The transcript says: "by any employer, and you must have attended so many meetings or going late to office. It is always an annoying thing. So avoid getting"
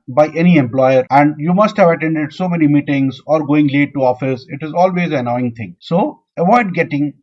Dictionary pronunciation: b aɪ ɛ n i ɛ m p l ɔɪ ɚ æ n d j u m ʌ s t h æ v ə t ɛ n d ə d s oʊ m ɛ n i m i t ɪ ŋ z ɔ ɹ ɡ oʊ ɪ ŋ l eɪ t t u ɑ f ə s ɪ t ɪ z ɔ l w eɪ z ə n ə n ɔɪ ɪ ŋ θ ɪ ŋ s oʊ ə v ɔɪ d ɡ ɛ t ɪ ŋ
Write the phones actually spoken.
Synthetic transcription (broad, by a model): b aɪ ɛ n i ɛ m p l ɔɪ ɚ æ n d j u m ʌ s t h æ v ə t ɛ n d ə d s oʊ m ɛ n i m i t ɪ ŋ z ɔ ɹ ɡ oʊ ɪ ŋ l eɪ t t u ɑ f ə s ɪ t ɪ z ɔ l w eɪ z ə n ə ɪ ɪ ŋ t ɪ ŋ s oʊ ə v ɔɪ d ɡ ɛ t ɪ ŋ